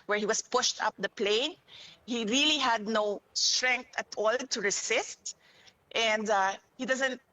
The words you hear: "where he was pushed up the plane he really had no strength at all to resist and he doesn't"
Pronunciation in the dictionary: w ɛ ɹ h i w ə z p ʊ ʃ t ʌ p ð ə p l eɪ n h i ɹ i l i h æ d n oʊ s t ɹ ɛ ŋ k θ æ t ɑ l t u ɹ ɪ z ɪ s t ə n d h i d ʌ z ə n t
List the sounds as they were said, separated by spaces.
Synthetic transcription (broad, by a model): w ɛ ɹ h i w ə s p ʊ ʃ t ʌ p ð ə p l eɪ n h i ɹ i l i h æ d n oʊ s t ɹ ɛ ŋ k t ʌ t ɑ l t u ɹ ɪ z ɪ s t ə n d h i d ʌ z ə n t